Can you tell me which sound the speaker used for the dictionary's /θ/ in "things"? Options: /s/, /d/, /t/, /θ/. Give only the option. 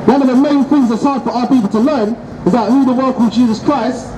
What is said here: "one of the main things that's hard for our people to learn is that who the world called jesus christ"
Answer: /θ/